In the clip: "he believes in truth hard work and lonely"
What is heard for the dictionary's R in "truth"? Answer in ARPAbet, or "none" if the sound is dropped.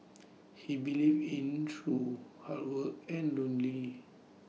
none